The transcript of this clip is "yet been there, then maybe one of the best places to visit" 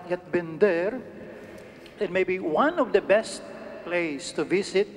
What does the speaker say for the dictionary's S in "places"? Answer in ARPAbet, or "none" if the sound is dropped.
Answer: none